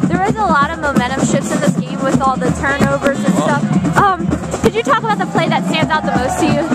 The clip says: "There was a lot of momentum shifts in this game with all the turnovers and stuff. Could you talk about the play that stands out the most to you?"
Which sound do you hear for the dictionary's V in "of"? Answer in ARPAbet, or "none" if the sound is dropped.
V